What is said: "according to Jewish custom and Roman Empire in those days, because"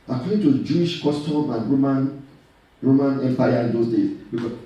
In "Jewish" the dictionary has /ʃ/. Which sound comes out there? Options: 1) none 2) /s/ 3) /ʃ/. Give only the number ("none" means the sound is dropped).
3